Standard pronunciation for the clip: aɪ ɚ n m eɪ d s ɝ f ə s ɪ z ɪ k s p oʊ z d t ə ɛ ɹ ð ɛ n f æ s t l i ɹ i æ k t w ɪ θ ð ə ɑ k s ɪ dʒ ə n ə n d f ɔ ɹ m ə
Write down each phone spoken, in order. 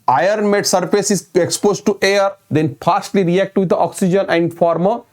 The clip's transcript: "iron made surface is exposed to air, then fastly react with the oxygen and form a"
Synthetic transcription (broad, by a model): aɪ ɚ n m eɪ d s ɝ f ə s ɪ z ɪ k s p oʊ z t t ə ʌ ɹ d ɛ n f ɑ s t l i ɹ i æ k t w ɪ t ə ɑ k s ɪ dʒ ə n ə n d f ɔ ɹ m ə